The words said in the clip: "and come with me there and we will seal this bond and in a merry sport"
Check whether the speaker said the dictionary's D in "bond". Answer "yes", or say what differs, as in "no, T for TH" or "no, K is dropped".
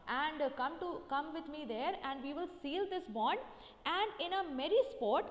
yes